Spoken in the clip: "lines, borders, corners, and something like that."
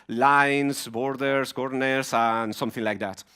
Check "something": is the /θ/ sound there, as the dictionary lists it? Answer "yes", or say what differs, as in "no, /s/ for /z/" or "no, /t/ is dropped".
yes